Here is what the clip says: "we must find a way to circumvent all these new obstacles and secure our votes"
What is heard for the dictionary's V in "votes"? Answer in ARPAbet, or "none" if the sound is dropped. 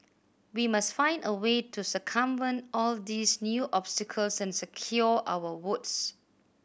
W